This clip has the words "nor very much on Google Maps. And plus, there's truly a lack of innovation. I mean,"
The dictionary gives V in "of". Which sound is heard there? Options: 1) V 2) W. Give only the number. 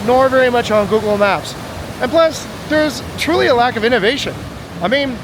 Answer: 1